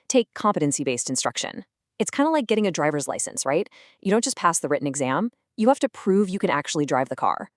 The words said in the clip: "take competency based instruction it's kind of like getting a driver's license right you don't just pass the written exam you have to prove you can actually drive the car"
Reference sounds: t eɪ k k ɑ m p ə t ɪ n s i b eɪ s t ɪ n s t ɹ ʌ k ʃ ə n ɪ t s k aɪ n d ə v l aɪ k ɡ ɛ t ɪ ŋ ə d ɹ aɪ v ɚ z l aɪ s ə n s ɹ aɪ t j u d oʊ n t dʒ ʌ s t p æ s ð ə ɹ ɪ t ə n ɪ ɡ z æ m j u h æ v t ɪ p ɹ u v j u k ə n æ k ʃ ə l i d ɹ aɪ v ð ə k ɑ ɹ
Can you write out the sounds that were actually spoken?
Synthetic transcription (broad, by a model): t eɪ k k ɑ m p ə t ɪ n s i b eɪ s t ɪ n s t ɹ ʌ k ʃ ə n ɪ t s k aɪ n d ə l aɪ k ɡ ɛ t ɪ ŋ ə d ɹ aɪ v ɚ z l aɪ s ə n s ɹ aɪ t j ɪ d oʊ n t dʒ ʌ s p æ s ð ə ɹ ɪ t n ɪ ɡ z æ m j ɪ h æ f t ɪ p ɹ u v j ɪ k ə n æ k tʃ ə l i d ɹ aɪ v ð ə k ɑ ɹ